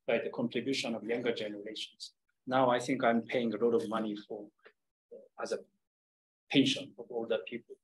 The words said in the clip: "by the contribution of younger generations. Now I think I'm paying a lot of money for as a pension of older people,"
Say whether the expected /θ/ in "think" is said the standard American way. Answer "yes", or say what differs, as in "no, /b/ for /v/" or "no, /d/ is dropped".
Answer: yes